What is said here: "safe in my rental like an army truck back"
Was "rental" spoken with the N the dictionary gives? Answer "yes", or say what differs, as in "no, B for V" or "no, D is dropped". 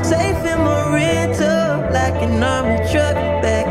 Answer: no, N is dropped